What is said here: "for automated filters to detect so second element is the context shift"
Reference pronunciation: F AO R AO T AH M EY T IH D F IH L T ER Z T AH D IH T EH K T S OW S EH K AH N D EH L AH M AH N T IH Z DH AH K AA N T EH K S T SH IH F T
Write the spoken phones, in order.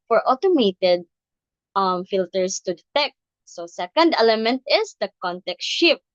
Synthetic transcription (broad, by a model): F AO R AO T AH M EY T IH D F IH L T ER S T AH D IH T EH K T S OW S EH K AH N D EH L AH M AH N T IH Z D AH K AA N T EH K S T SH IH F